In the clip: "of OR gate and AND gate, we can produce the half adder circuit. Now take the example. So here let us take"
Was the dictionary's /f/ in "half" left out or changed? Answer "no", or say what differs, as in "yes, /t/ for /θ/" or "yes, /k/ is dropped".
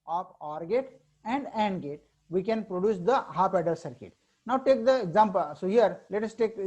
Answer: yes, /p/ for /f/